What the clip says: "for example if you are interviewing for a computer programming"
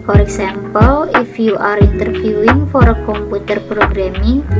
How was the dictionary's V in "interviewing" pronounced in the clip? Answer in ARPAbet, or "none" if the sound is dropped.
F